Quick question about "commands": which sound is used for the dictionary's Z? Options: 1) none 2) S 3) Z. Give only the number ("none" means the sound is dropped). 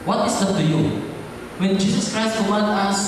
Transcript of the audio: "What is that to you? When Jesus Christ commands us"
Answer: 1